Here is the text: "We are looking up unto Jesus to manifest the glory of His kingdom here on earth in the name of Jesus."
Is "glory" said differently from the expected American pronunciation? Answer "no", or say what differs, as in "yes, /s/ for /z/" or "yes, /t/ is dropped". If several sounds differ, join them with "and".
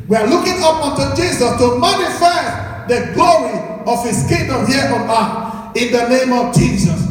no